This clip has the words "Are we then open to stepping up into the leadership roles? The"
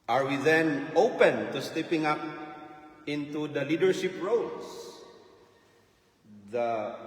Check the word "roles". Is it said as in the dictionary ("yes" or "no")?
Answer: no